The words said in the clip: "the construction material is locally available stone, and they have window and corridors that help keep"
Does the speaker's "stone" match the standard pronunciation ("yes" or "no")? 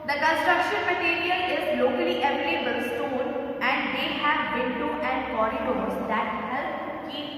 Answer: no